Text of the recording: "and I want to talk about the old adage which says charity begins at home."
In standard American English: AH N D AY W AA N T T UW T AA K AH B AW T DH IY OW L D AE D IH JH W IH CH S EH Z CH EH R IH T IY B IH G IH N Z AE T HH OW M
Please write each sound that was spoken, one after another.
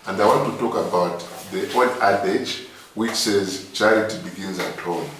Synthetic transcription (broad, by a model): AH N D AY W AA N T T UW T AA K AH B AW T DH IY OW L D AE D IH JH W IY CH S EH Z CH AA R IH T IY B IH G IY N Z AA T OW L